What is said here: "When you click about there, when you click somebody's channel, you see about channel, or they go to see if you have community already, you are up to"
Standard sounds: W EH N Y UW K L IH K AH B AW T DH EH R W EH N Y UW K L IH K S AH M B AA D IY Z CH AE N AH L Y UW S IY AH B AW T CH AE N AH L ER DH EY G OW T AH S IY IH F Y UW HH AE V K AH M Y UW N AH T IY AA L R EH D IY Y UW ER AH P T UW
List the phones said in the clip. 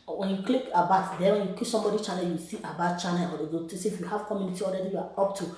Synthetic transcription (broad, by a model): W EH N Y UW K L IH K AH B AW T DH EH W EH N Y UW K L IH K S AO M B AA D IY CH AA N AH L Y UW S IY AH B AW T CH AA N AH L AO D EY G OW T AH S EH IH F Y UW HH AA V K AH M Y UW N AH T IY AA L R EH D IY Y UW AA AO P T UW